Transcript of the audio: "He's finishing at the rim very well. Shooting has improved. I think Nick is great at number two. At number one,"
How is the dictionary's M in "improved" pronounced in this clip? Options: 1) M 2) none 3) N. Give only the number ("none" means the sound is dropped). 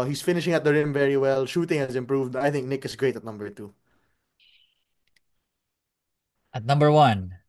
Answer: 1